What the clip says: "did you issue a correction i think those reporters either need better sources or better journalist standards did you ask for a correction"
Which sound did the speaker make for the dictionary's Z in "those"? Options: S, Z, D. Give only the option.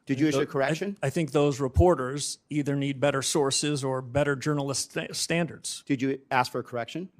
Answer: Z